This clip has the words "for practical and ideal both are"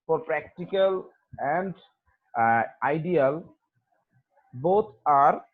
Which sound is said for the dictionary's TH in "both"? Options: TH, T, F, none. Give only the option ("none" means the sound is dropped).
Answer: T